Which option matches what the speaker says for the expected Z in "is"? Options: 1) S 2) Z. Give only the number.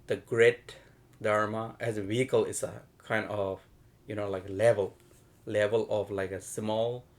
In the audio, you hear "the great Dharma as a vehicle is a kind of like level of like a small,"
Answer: 1